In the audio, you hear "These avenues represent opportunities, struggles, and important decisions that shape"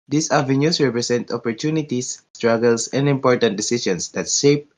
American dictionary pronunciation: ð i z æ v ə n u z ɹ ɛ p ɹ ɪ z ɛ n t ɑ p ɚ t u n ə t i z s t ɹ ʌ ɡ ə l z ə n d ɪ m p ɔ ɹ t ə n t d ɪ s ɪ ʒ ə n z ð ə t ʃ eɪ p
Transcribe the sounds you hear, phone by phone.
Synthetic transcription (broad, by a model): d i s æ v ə n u s ɹ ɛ p ɹ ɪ s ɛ n t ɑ p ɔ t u n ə t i s t ɹ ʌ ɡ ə l s ə n d ɪ m p ɔ ɹ t ə n t d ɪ s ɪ ʃ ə n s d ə t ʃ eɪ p